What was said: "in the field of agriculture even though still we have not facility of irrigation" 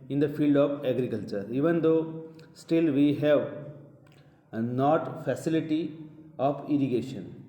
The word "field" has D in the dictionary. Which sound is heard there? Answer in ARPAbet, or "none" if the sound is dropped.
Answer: D